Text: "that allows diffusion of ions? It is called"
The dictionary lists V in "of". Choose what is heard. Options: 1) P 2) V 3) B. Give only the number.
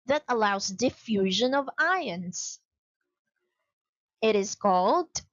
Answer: 2